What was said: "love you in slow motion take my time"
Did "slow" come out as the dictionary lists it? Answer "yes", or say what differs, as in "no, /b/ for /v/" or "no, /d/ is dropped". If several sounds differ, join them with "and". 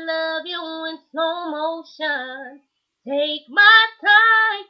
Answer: no, /l/ is dropped